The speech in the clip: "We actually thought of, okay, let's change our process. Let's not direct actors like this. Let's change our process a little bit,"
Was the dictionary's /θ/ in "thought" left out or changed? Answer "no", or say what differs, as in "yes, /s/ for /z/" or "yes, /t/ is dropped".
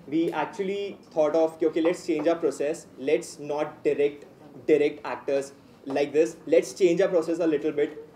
yes, /t/ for /θ/